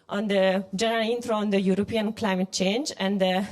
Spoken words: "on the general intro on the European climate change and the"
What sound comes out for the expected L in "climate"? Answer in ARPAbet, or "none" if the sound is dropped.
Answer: L